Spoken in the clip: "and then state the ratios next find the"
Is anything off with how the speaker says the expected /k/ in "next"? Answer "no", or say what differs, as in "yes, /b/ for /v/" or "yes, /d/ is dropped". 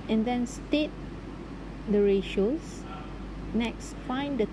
no